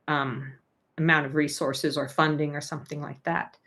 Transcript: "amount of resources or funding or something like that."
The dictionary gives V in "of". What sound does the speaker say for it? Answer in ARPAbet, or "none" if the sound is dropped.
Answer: V